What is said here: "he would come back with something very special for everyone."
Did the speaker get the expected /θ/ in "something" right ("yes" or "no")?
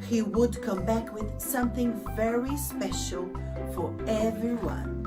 yes